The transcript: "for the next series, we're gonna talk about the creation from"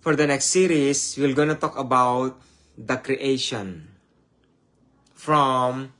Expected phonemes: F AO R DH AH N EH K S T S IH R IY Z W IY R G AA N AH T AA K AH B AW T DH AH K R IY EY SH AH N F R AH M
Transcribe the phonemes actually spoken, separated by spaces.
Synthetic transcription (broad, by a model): F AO R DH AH N EH K S T S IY R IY S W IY L G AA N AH T AA K AH B AW T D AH K R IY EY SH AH N F R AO M